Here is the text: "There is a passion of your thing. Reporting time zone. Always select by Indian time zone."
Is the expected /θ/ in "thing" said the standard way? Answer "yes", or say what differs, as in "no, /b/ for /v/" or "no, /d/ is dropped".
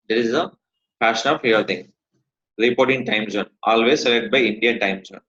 no, /t/ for /θ/